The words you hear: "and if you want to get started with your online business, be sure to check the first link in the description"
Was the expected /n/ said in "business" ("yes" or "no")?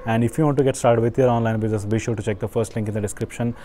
no